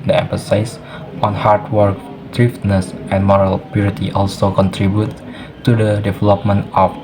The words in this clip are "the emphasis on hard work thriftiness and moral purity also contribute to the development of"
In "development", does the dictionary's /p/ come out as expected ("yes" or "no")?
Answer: yes